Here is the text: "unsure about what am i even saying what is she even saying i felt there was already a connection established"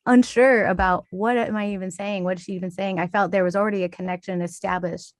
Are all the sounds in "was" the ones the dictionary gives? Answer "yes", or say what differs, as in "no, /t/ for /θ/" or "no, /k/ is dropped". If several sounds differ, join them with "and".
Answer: yes